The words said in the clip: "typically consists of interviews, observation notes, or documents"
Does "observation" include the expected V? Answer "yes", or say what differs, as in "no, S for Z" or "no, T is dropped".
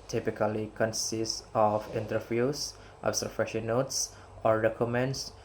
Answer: no, F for V